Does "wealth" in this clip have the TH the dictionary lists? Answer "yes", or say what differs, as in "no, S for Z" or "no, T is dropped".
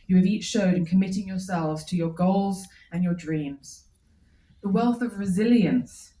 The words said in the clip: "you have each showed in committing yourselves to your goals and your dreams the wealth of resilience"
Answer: yes